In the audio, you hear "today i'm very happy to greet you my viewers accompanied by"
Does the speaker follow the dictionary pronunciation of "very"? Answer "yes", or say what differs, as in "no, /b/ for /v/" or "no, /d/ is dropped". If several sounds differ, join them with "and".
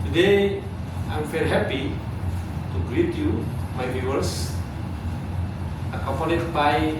no, /f/ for /v/